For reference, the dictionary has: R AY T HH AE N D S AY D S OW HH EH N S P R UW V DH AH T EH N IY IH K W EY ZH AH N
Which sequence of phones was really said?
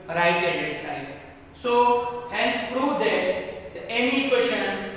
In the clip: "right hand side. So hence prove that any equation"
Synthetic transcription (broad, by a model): R AY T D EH D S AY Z S OW HH EH N S P R UW V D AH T EH N IY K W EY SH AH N